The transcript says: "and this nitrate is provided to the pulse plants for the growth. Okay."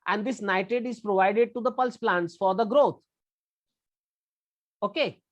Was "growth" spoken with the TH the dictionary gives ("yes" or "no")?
no